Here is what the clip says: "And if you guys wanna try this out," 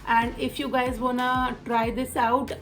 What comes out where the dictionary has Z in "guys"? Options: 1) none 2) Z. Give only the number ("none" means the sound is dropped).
2